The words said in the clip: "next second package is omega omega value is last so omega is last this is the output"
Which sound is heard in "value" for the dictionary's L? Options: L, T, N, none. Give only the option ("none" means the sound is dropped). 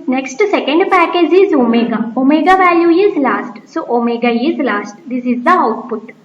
L